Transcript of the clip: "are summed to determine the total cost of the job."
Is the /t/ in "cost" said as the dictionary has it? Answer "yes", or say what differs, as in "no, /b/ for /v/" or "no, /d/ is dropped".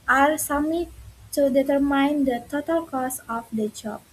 no, /t/ is dropped